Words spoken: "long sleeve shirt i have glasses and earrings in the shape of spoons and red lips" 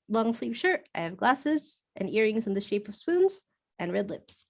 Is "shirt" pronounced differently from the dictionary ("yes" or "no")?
no